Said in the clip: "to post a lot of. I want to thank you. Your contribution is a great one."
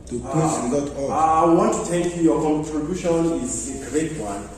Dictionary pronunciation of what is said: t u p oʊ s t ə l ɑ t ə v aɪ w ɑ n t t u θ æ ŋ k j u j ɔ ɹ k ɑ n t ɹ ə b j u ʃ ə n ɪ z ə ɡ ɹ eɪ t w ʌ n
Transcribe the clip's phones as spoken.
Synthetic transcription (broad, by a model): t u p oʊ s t ə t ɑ ə aɪ w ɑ n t t u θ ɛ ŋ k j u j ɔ k ɑ n t ɹ ə b j u ʃ ə n ɪ z ə ɡ ɹ eɪ t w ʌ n